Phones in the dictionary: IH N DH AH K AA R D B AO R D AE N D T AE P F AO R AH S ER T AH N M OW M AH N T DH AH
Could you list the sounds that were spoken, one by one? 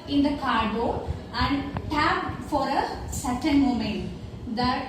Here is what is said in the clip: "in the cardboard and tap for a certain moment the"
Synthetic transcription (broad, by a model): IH N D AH K AA R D AO AE N D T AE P F AO R AH S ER T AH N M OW M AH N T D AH